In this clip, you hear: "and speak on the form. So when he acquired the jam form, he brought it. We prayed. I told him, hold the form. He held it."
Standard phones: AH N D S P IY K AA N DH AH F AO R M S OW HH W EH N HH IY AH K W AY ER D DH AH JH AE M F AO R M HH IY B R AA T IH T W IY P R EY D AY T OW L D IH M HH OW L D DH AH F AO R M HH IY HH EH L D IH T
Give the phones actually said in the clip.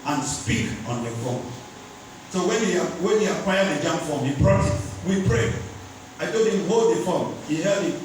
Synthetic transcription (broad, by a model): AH N S P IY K AA N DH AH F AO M S OW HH W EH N HH IY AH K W AY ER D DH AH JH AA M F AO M HH IY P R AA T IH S W IY P R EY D AY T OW D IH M HH OW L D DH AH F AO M HH IY HH EH L D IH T